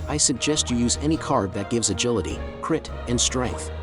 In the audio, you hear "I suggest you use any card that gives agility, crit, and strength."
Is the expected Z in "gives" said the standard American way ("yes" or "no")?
yes